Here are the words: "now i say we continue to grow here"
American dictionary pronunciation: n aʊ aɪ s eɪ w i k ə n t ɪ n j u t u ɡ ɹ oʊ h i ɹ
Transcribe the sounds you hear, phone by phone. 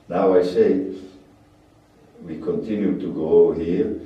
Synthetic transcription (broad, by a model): n aʊ aɪ s eɪ w i k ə n t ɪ n j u t u ɡ oʊ h i ɹ